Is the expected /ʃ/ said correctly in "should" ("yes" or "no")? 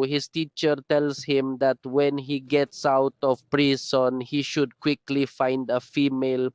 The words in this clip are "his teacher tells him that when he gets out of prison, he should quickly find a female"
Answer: yes